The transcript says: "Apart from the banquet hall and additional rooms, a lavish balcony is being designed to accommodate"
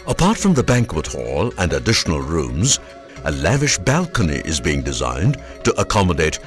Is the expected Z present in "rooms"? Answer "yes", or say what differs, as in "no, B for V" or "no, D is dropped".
yes